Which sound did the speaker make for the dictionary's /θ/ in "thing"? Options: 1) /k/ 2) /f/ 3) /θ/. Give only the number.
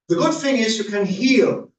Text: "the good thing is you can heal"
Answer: 2